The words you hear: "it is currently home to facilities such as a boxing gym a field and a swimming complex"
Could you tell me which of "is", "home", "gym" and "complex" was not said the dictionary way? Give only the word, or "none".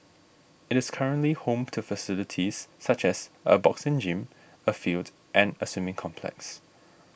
is